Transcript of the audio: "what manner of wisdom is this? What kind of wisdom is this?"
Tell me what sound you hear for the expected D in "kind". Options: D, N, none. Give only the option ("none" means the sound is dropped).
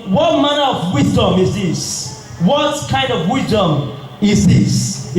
D